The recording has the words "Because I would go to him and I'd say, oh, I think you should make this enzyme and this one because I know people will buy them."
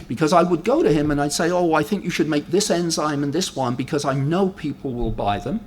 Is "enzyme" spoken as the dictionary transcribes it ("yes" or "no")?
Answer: yes